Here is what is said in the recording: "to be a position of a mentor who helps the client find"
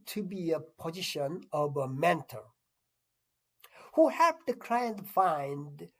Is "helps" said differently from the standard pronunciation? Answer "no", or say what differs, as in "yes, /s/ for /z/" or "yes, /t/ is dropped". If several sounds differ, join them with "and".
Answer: yes, /l/ is dropped